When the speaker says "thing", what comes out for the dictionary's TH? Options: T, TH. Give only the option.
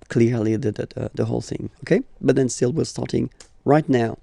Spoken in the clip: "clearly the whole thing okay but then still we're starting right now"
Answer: TH